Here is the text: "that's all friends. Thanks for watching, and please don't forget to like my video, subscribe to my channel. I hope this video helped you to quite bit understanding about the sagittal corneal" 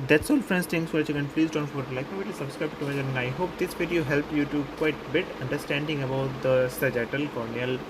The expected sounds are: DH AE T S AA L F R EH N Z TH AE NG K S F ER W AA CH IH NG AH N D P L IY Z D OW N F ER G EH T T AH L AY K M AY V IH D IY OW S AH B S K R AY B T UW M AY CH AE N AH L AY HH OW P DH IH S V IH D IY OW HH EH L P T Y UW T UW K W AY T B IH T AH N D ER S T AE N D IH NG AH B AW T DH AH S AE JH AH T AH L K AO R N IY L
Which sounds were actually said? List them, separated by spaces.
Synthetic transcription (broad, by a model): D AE T S AA L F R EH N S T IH NG S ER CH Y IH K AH N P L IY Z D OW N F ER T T L AY K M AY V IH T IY S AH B S K R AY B T UW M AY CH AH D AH N AY HH OW P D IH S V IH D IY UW HH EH L P Y UW T UW K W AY T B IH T AH N D ER S T AE N D IH NG AH B AW T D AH S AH JH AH T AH L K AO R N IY L